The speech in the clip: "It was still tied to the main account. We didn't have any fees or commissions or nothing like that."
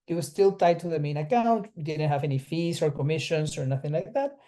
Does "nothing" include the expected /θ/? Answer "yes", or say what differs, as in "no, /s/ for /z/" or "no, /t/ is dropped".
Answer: yes